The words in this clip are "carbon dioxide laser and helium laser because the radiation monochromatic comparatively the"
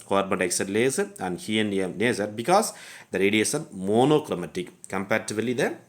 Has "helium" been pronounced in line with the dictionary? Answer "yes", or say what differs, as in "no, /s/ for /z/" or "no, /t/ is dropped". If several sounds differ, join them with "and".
no, /l/ is dropped